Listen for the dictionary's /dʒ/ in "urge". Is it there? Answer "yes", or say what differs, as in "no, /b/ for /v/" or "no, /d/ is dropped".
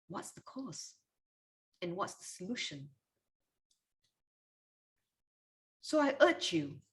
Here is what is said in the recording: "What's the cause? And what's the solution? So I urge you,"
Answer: no, /tʃ/ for /dʒ/